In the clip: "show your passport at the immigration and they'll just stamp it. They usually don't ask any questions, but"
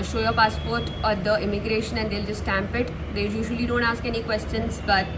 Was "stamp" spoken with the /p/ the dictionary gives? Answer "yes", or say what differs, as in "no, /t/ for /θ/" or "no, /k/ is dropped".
yes